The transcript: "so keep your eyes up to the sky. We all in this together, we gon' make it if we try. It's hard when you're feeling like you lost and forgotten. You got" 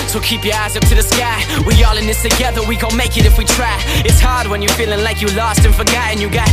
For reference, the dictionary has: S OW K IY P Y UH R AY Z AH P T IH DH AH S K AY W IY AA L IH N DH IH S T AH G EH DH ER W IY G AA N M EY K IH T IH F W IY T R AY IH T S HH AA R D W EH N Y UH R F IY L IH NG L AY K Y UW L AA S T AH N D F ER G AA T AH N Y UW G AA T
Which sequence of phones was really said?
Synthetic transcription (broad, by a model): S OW K IY P Y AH R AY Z AH P T IH DH AH S K AY W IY AA L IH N DH IH S T AH G EH DH ER W IY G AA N M EY K IH T IH F W IY T R AY IH T S HH AA R D W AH N Y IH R F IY L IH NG L AY K Y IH L AA S T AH N F ER G AA T AH N Y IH G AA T